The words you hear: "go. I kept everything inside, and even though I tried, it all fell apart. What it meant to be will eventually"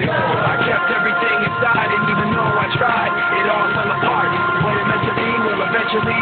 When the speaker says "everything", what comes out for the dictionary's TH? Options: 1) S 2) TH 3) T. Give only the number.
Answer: 2